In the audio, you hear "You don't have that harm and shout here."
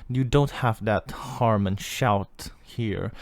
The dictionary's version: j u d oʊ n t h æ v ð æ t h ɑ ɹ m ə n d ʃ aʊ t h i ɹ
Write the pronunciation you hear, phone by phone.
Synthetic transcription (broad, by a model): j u d oʊ n t h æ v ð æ t h ɑ ɹ m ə n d ʃ aʊ t h i ɹ